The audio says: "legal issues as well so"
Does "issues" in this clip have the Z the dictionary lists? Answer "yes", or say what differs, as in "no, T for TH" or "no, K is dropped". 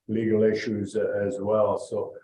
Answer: yes